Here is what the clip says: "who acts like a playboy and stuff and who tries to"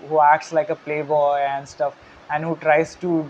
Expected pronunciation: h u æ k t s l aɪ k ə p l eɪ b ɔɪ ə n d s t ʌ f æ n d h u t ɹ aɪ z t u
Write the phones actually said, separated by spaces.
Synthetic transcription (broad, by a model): h u æ k t s l aɪ k ə p l eɪ b ɔɪ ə n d s t ʌ f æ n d h u t ɹ aɪ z t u